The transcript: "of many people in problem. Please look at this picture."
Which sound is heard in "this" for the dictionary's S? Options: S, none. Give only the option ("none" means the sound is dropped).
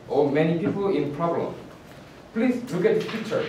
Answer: none